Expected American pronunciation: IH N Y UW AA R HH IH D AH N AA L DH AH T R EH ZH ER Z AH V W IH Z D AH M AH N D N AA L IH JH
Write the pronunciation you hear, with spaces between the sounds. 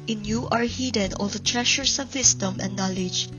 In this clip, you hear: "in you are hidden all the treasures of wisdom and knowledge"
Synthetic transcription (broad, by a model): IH N Y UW AA R HH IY D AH N AA L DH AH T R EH SH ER S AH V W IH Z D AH M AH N N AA L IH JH